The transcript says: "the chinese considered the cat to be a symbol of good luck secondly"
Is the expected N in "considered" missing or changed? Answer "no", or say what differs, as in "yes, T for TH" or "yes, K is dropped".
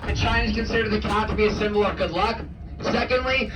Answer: no